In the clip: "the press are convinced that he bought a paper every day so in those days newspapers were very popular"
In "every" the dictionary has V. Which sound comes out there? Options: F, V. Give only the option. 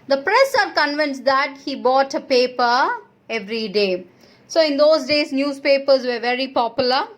V